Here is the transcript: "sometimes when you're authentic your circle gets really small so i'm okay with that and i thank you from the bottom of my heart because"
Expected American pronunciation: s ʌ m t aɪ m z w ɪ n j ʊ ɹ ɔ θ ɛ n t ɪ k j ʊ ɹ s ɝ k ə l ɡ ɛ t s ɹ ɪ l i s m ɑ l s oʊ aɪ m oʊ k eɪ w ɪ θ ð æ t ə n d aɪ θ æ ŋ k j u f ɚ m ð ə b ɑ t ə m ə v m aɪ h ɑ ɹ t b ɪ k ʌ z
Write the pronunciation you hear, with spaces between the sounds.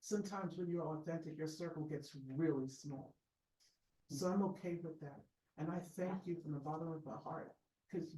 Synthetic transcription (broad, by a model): s ʌ m t aɪ m z w ɪ n j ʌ ɹ ɔ θ ɛ n t ɪ k j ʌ ɹ s ɝ k l ɡ ɛ t s ɹ ɪ l i s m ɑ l s oʊ aɪ m oʊ k eɪ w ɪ ð æ t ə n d aɪ θ æ ŋ k j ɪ f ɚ ð ə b ɑ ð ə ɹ ə v m aɪ h ɑ ɹ t k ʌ z